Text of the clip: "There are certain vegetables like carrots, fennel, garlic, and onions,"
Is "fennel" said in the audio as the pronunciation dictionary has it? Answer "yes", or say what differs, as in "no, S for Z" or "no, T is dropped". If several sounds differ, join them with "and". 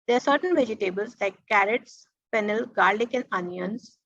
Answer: no, P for F